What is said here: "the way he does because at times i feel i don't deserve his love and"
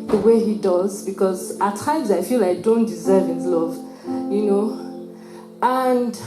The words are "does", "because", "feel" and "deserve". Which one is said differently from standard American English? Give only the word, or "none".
none